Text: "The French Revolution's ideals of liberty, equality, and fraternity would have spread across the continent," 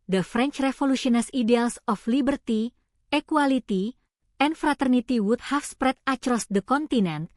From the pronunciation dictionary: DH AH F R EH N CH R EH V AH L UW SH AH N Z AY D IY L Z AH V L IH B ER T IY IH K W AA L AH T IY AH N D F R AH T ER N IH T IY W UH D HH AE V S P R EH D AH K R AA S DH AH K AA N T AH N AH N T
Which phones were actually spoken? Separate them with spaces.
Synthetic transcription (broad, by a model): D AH F R EH N CH R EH F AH L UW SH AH N S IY D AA L S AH F L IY B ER T IY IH K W AA L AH T IY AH N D F R AH T ER N IH T IY W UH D HH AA F S P R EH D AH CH R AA S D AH K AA N T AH N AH N T